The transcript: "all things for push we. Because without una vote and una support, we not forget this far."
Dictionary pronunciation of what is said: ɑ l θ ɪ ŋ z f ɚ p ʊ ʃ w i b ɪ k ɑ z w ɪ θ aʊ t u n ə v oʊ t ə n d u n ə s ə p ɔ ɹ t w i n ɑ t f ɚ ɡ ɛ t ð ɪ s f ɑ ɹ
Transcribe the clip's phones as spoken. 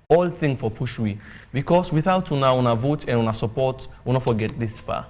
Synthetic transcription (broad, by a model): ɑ l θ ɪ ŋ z f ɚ p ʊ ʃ w i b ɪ k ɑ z w ɪ θ aʊ t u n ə v oʊ t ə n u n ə s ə p ɔ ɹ t w i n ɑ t f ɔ ɡ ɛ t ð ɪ s f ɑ